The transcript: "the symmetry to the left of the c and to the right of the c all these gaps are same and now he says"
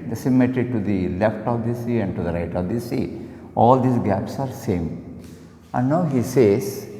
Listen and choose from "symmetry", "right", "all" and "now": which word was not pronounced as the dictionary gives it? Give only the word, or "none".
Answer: symmetry